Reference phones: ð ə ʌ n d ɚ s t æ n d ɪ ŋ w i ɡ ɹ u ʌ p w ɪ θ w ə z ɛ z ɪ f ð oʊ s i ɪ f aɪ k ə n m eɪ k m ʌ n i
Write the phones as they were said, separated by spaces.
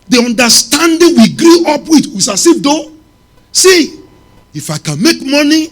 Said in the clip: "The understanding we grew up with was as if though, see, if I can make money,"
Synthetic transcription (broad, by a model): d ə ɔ n d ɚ s t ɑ n d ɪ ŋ w i ɡ ɹ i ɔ p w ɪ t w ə s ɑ s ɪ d oʊ s i ɪ f aɪ k ə n m eɪ k m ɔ n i